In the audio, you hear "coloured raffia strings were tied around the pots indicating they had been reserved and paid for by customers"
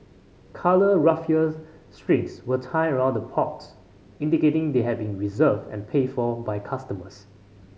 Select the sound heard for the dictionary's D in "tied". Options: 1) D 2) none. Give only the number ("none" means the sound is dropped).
2